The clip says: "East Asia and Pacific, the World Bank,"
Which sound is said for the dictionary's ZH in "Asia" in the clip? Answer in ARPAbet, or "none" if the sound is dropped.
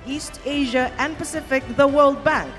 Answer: ZH